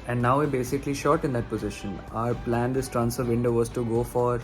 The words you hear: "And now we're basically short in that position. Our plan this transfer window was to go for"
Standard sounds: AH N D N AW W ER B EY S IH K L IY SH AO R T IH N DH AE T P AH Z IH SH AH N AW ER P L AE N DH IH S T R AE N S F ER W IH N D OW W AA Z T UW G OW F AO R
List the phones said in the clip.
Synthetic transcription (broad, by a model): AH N D N AW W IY B EY S IH K L IY SH AO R T IH N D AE T P AH Z IH SH AH N AW ER P L AE N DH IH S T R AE N S ER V IH N D OW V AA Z T UW G OW F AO R